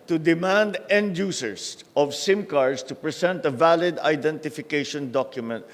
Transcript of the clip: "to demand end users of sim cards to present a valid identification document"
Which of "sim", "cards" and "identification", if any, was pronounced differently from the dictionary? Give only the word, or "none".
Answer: cards